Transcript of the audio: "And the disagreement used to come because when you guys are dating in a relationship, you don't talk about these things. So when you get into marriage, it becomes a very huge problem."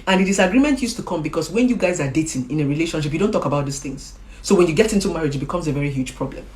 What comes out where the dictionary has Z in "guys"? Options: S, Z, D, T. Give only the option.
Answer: Z